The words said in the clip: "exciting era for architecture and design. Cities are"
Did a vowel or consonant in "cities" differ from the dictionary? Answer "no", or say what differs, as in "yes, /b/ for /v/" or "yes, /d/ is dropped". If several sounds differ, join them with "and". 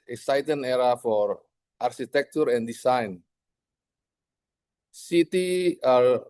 yes, /z/ is dropped